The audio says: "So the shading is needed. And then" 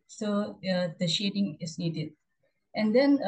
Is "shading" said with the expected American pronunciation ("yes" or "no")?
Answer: yes